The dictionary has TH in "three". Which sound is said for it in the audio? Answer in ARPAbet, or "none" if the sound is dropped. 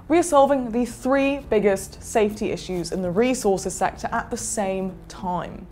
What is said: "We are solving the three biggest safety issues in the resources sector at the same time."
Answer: TH